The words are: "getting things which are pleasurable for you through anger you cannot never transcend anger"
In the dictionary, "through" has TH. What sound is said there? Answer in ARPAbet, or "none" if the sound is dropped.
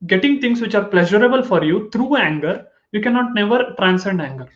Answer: T